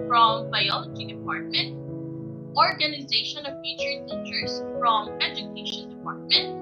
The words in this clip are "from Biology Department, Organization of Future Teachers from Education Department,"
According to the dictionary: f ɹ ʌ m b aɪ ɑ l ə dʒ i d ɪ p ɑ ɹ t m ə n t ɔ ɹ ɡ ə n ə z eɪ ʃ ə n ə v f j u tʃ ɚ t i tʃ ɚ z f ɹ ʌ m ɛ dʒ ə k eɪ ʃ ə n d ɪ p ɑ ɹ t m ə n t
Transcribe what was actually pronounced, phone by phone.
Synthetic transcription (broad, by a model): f ɹ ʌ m b aɪ ɑ l ə dʒ i d ɪ p ɑ ɹ t m ə n t ɔ ɹ ɡ ə n ə z eɪ ʃ ə n ə v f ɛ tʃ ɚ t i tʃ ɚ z f ɹ ʌ m ɛ dʒ ə k eɪ ʃ ə n d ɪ p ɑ ɹ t m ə n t